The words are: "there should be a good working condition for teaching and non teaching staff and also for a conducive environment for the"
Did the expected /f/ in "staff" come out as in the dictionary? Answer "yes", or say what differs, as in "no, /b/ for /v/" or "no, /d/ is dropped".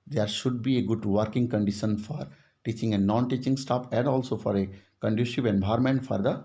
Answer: no, /p/ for /f/